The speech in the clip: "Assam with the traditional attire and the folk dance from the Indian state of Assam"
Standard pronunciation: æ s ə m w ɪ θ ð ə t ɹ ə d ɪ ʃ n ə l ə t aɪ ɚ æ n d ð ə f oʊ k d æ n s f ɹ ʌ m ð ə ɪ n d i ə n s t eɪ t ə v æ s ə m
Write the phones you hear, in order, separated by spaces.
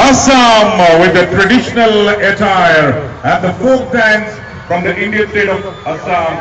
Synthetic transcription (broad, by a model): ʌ s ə m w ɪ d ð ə t ɹ ə d ɪ ʃ n ə l ə t aɪ ɚ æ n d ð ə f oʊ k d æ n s f ɹ ʌ m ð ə ɪ n d i ə n s t eɪ t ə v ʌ s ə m